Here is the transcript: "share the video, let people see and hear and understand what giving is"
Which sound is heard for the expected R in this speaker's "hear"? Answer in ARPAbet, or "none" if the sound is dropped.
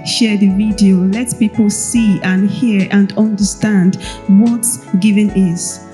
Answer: R